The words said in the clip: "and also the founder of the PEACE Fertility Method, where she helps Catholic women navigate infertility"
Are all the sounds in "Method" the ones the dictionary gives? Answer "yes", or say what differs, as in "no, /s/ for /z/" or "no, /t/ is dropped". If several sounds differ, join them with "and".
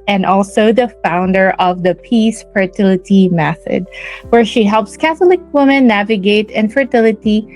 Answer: yes